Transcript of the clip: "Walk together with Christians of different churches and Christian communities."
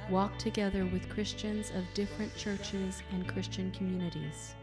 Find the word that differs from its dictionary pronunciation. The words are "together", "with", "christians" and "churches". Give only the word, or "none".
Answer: none